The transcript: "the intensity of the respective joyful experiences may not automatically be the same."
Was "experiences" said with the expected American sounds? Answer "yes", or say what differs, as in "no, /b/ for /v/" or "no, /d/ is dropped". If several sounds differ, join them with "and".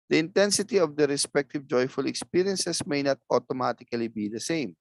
no, /s/ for /z/